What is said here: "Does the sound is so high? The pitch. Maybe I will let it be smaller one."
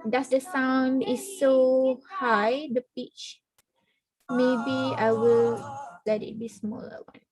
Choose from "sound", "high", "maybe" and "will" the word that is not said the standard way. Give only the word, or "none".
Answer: none